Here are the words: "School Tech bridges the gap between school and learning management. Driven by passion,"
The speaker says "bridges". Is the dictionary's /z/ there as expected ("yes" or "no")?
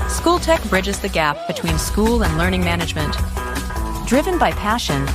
yes